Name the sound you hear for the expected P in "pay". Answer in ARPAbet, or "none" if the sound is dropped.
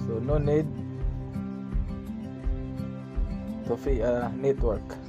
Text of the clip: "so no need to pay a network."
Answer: F